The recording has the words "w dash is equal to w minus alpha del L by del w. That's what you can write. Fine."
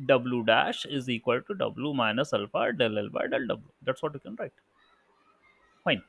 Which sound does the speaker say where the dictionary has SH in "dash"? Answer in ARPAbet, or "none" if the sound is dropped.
SH